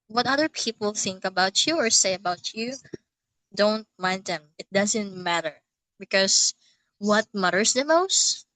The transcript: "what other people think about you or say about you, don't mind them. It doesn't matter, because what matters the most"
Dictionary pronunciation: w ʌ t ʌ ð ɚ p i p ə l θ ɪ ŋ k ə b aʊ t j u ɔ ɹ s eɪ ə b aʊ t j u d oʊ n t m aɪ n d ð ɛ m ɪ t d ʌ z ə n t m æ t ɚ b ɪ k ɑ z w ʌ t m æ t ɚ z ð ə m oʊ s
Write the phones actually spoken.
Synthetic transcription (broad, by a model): w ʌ t ʌ ð ɚ p i p ə l θ ɪ ŋ k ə b aʊ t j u ɔ ɹ s eɪ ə b aʊ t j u d oʊ n t m aɪ n d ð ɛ m ɪ t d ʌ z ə n t m æ t ɚ b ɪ k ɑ s w ʌ t m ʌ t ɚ s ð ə m oʊ s